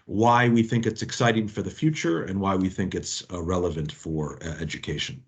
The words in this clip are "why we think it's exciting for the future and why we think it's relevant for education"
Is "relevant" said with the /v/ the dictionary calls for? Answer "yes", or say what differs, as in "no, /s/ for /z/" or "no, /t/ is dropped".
yes